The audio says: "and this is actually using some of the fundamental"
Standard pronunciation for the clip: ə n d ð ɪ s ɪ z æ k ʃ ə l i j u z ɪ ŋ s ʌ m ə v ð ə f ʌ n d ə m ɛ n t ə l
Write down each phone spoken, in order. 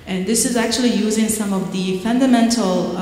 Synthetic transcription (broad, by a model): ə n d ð ɪ s ɪ z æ k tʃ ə l i j u z ɪ ŋ s ʌ m ə v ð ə f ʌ n d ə m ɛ n t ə l